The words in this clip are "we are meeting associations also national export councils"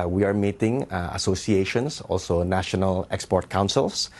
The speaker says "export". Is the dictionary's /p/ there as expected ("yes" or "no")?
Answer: yes